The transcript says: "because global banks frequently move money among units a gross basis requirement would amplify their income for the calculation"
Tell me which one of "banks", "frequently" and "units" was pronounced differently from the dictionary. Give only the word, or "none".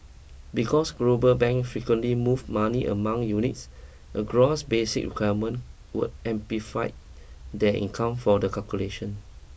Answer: banks